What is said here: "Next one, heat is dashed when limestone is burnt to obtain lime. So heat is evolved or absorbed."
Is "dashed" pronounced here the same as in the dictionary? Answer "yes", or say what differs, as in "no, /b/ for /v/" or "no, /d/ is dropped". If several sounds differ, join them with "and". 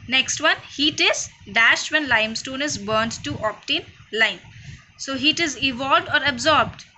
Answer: yes